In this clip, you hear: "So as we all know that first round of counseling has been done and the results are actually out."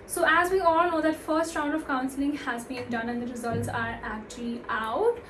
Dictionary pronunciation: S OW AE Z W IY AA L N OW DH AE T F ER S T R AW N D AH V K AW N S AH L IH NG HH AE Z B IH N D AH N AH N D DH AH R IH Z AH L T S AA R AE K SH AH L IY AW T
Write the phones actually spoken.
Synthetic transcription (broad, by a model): S OW AE Z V IY AA L N OW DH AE T F ER S T R AW N D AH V K AW N S AH L IH NG HH AE Z B IH N D AH N AH N D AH R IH Z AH L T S AA R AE K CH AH L IY AW T